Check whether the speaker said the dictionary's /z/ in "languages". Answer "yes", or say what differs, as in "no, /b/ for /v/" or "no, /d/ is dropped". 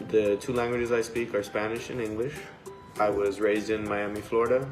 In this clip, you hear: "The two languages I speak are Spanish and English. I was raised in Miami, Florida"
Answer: yes